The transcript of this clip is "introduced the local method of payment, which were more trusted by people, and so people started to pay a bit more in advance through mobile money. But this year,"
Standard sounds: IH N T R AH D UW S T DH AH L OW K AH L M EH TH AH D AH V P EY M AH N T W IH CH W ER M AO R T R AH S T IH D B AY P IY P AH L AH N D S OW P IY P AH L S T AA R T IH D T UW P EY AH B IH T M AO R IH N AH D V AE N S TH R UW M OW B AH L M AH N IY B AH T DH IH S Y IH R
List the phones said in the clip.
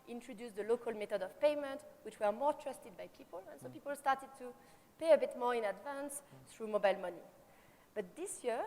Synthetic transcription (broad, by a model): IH N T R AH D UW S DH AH L OW K AH L M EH T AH D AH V P EY M AH N T W IH CH W ER M AO R T R AH S T IH D B AY P IY P AH L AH N S OW P IY P AH L S T AA R T IH D T UW P EY AH B IH T M AO R IH N AH D V AE N S TH R UW M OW B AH L M AH N IY B AH T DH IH S Y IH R